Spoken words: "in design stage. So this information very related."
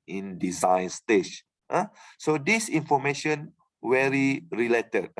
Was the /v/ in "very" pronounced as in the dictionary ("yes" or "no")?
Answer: no